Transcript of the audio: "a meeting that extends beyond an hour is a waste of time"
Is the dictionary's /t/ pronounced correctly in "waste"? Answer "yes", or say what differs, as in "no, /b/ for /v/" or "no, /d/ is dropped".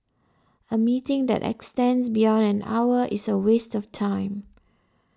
yes